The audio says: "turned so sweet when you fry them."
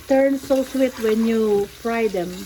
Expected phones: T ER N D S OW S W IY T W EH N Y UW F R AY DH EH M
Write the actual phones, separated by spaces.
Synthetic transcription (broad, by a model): T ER N S OW S W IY T W EH N Y UW P R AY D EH M